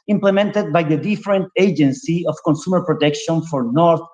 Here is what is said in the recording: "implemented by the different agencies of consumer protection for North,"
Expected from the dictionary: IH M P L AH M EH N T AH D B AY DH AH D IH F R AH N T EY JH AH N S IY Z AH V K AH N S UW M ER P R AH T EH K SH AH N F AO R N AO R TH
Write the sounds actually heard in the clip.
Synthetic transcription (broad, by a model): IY M P L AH M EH N T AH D B AY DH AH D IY F R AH N T EY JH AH N S IY AH F K AH N S UW M ER P R AH T EH K SH AH N F AO R N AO R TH